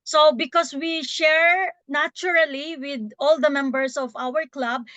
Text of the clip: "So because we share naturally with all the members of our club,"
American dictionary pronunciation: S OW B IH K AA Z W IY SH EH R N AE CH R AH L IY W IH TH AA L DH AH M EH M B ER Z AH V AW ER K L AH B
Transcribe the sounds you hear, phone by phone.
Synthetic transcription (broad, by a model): S OW B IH K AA S W IY SH EH R N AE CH R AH L IY W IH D AA L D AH M EH M B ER S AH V AW ER K L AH B